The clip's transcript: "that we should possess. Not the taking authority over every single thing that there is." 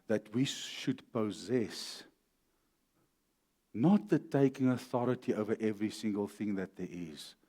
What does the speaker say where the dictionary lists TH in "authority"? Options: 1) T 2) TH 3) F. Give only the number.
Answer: 2